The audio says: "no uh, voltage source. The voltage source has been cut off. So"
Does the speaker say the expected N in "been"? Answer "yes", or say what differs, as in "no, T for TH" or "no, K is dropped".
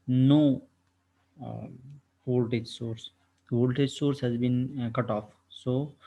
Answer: yes